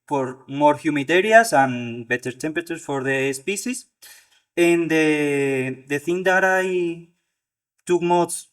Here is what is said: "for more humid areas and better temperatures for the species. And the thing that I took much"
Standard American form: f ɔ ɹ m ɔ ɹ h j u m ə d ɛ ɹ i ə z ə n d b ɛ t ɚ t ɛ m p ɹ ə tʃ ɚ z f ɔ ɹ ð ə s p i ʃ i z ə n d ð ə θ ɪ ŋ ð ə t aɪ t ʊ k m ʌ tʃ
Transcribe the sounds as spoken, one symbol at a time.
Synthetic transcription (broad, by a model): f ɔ ɹ m ɔ ɹ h j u m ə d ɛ ɹ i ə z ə n b ɛ t ɚ t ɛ m p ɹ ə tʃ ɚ s f ɔ ɹ ð ə s p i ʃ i s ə n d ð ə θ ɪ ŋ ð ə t aɪ t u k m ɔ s